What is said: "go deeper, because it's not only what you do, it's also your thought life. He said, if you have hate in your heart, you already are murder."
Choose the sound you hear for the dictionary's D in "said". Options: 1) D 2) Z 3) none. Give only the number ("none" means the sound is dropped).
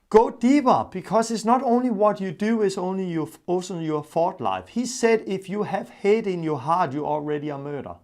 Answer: 1